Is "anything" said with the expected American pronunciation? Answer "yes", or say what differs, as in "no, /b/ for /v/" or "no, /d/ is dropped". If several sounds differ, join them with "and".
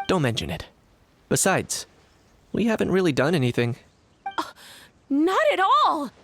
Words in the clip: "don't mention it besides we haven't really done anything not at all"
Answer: yes